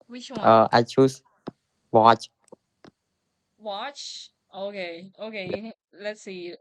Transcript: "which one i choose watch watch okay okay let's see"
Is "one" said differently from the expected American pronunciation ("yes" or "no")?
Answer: yes